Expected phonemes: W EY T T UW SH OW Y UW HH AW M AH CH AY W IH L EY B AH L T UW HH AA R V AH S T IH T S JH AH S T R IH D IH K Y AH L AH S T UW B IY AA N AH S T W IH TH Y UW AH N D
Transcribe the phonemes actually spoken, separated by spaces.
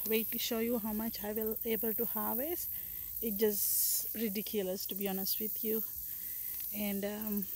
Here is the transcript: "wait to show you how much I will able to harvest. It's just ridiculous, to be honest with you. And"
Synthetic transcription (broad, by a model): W EY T T UW SH OW Y UW HH AW M AH CH AY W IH L EY B AH L T UW HH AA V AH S IH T JH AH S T R IH D IH K Y AH L AH S T UW B IY AA N AH S T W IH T Y UW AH N D